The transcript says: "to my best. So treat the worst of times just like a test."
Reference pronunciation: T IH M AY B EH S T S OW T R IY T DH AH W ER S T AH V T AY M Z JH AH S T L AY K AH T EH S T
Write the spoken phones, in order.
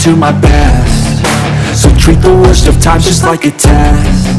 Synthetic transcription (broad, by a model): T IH M AY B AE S S OW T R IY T DH AH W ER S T AH V T AY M JH AH S T L AY K AH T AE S